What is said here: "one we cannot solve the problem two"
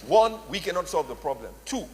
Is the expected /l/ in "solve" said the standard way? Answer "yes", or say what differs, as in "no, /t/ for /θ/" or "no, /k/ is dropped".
yes